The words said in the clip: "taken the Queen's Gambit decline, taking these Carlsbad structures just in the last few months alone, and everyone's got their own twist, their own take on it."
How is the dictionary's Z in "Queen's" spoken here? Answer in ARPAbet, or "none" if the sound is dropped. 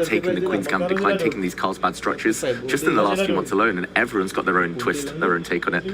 Z